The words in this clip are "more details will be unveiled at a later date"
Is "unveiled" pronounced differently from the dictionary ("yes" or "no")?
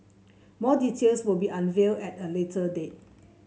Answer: yes